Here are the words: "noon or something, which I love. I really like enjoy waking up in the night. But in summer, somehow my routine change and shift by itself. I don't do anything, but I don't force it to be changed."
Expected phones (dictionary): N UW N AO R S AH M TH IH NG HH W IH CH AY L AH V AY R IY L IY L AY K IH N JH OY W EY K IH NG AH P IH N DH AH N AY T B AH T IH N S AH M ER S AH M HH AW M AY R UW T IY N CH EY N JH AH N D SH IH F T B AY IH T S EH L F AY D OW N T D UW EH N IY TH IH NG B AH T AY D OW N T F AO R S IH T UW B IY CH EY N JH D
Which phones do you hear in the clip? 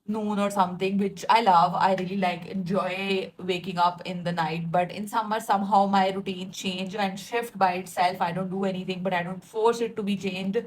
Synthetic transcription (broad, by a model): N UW N AO R S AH M T IH NG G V IH CH AY L AH V AY R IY L IY L AY K IH N JH OY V EY K IH NG AH P IH N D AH N AY T B AH T IH N S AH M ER S AH M HH AW M AY R UW T IY N CH EY N JH AH N D SH IH F T B AY IH T S EH L F AY D OW N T D UW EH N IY T IH NG B AH T AY D OW N T F AO R S IH T UW B IY CH EY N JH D